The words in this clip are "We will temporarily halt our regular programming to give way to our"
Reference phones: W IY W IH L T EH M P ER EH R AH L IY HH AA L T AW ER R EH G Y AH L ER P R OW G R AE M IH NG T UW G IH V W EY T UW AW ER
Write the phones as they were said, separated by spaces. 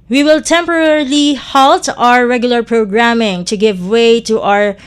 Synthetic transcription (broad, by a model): W IY W IH L T EH M P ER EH R L IY HH AA L T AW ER R EH G Y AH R P R OW G R AE M IH NG T UW G IH V W EY T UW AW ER